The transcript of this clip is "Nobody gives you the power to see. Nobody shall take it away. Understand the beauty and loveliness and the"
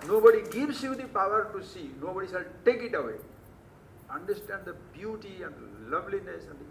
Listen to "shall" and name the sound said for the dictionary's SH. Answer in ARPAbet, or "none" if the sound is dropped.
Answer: S